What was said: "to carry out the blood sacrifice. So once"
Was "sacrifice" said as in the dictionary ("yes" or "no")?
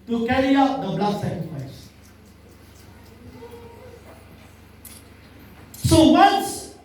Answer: no